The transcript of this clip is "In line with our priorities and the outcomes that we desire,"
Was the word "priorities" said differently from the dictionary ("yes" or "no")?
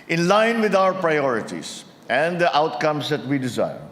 yes